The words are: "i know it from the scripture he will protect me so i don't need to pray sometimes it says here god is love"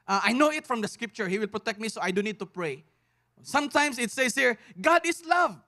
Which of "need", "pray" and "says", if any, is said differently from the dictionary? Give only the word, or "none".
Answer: says